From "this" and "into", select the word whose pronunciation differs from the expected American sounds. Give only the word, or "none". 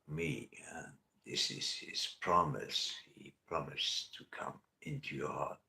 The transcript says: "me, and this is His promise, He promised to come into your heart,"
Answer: none